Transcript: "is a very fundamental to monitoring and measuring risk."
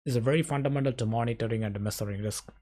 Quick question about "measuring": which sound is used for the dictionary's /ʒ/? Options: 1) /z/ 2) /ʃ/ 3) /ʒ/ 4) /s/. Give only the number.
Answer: 4